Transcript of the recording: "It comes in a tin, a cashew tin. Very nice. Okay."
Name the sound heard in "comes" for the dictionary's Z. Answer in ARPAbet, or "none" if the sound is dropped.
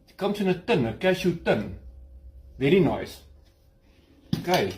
S